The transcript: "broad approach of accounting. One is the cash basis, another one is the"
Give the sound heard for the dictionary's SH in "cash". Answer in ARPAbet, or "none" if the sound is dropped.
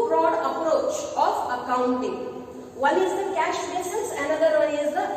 SH